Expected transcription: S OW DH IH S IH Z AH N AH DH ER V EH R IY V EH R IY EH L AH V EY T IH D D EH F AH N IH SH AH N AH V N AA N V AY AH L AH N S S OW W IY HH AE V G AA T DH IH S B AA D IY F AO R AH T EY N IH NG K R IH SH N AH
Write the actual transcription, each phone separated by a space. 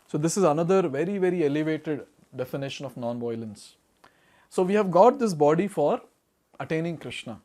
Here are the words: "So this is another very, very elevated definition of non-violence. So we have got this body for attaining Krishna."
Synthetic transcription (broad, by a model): S OW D IH S IH Z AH N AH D ER V EH R IY V EH R IY EH L AH V EY T IH D D EH F AH N IH SH AH N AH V N AA N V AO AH L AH N S S OW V IY HH AE V G AA T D IH S B AA D IY F AO R AH T EY N IH NG K R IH SH N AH